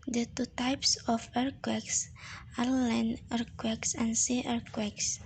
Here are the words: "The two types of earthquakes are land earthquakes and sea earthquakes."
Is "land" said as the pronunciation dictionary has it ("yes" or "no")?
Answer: no